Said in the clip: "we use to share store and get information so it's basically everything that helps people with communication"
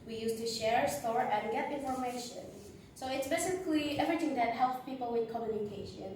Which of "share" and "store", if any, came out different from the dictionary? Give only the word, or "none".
none